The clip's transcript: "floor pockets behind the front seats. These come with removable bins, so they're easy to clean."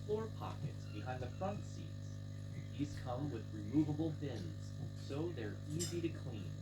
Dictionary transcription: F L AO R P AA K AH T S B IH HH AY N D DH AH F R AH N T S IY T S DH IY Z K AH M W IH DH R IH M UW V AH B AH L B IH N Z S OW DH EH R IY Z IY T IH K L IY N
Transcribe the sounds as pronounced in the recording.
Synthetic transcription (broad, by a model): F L AO R P AA K AH T S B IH HH AY N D DH AH F R AH N T S IY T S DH IY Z K AH M W IH DH R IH M UW V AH B L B IH N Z S OW DH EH R IY Z IY T IH K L IY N